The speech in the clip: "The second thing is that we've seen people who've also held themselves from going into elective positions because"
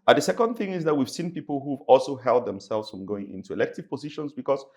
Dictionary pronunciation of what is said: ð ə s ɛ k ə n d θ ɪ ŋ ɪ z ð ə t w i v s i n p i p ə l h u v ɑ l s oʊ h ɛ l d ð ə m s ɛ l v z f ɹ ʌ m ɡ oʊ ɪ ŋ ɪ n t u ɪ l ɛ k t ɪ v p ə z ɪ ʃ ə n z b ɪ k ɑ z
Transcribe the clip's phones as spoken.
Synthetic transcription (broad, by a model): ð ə s ɛ k ə n d θ ɪ ŋ ɪ z ð ə t w i v s i n p i p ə l h u v ɑ l s oʊ h ɛ l d ð ə m s ɛ l v z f ɹ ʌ m ɡ oʊ ɪ ŋ ɪ n t u ɪ l ɛ k t ɪ v p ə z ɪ ʃ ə n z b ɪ k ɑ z